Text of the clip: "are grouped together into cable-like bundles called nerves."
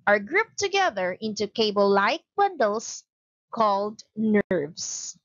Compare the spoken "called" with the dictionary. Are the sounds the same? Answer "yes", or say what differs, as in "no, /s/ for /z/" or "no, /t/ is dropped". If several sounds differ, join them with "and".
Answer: yes